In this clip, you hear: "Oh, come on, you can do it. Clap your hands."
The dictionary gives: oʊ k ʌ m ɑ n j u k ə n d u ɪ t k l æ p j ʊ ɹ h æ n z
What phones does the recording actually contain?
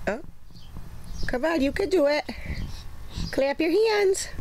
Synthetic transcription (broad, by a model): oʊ k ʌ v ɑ l j u k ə d u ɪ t k l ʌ p j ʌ ɹ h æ n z